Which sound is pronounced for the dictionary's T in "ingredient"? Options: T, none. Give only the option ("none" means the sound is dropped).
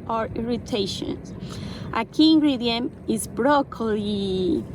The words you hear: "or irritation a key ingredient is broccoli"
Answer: none